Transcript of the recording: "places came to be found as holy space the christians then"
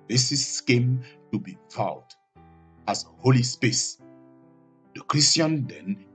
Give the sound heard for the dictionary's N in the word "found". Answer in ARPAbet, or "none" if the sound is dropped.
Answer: none